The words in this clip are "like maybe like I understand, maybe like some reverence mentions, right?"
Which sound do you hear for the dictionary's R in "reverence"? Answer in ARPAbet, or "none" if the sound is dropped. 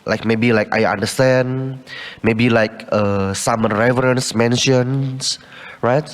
R